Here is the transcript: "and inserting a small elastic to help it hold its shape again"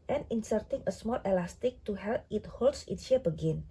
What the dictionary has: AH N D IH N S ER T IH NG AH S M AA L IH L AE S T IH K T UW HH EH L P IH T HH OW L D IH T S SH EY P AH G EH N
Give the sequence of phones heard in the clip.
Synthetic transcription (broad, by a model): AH N IH N S ER T IH NG AH S M AA L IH L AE S T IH K T UW HH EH L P IH T HH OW L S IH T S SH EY B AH G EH N